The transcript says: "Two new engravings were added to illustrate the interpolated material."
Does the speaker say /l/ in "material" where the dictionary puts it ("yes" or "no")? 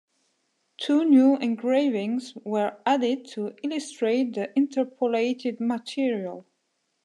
yes